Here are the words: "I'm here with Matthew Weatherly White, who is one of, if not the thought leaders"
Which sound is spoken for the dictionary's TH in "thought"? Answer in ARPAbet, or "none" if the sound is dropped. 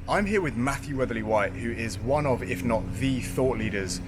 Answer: TH